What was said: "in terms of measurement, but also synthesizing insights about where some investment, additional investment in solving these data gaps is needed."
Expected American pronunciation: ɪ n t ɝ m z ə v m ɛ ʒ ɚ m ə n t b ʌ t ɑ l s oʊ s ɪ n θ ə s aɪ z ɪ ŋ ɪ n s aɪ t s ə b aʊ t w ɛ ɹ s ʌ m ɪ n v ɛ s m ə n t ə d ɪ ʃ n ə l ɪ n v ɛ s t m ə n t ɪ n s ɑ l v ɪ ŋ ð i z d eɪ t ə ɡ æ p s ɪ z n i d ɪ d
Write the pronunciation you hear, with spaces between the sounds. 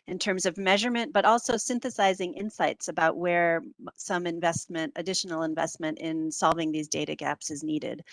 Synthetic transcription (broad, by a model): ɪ n t ɝ m z ə v m ɛ ʒ ɚ m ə n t b ʌ t ɑ l s oʊ s ɪ n θ ə s aɪ z ɪ ŋ ɪ n s aɪ t s ə b aʊ t w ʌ ɹ s ʌ m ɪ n v ɛ s m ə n t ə d ɪ ʃ n l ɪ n v ɛ s t m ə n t ɪ n s ɑ l v ɪ ŋ ð i z d eɪ t ə ɡ æ p s ɪ z n i d ɪ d